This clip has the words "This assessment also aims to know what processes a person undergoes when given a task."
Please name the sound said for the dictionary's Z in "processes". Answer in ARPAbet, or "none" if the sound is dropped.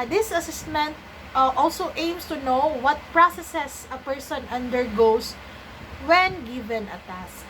S